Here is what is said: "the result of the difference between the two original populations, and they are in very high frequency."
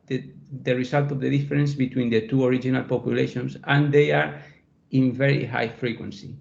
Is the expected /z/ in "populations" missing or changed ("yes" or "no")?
yes